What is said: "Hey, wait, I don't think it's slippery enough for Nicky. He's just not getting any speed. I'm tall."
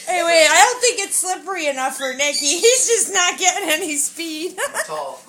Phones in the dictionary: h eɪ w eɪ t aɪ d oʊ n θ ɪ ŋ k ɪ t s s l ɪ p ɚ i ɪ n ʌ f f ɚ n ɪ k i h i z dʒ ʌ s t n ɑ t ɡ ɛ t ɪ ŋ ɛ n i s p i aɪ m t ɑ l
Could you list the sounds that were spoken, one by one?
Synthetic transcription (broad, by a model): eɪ w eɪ aɪ d oʊ n θ ɪ ŋ k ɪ t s s l ɪ p ɚ i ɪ n ʌ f f ɚ n ɪ k i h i z dʒ ʌ s n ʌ t ɡ ɛ t ɪ ŋ ɛ n i s p i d